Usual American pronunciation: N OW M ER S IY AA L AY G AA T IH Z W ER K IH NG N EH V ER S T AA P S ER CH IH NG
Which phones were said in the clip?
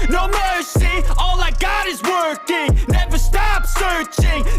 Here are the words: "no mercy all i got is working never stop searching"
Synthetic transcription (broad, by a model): N OW M ER S IY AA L AY G AA T IH Z W ER K IH NG N EH V ER S T AA P S ER CH IH NG